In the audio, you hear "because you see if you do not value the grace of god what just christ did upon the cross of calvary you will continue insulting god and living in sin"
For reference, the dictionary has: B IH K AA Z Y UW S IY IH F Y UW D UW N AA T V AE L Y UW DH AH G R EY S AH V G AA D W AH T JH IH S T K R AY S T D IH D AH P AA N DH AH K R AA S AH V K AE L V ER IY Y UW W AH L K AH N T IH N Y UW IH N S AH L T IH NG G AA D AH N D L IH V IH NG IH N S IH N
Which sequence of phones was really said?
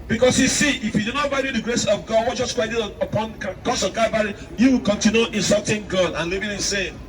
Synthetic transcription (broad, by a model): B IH K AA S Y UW S IY IH F Y UW D UW N AA T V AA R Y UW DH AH G R EY S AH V G AA D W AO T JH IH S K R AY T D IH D AH P AA N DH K AA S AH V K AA V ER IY Y UW W AH L K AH N T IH N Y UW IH N S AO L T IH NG G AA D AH N L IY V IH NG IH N S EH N